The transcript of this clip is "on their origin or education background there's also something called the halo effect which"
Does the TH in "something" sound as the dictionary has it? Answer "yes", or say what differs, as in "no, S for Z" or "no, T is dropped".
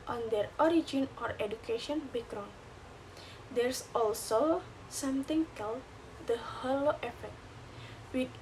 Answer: no, T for TH